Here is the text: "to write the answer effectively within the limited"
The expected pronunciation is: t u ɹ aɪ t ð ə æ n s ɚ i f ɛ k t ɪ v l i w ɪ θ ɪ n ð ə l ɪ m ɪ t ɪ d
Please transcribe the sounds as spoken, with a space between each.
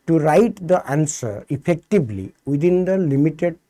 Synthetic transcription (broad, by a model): t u ɹ aɪ t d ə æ n s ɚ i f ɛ k t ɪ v l i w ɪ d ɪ n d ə l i m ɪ t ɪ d